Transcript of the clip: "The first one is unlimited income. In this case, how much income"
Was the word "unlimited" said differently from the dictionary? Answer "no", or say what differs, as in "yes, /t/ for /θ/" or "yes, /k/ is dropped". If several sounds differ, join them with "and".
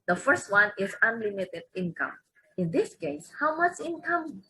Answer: no